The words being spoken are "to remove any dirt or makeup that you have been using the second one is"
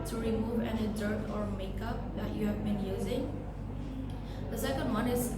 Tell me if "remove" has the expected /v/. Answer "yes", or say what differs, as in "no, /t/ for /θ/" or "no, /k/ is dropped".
yes